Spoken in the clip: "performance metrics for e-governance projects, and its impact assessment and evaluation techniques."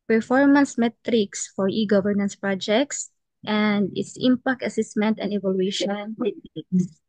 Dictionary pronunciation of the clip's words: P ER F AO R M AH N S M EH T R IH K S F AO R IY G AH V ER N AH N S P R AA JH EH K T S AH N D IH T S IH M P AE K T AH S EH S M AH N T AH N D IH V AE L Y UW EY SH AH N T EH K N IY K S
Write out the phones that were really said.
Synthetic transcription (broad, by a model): P ER F AO R M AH N S M EH T R IH K S F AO R IY G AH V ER N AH N S P R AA JH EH K T S AH N D IH T S IH M P AE K T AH S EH S M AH N T AH N D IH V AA L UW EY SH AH N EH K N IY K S